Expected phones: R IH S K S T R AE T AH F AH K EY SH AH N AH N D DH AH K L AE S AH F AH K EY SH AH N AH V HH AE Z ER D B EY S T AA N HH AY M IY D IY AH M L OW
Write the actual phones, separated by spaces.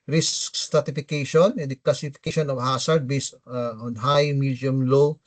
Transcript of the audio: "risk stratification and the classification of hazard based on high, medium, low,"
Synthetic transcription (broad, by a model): R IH S K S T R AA T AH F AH K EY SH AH N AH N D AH K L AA S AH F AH K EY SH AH N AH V HH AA S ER D B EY S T AA N HH AY M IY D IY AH M L OW